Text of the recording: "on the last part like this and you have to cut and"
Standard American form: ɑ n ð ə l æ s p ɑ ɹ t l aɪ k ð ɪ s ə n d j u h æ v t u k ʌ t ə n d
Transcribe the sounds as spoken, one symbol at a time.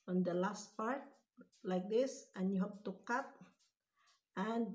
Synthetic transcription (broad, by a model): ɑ n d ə l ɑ s p ɑ ɹ t l aɪ k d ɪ s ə n j u h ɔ p t u k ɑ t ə n